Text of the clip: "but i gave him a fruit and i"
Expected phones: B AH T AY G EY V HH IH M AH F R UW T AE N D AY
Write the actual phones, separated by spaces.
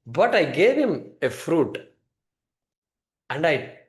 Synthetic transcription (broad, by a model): B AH T AY G EY V HH IH M AH F R UW T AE N D AY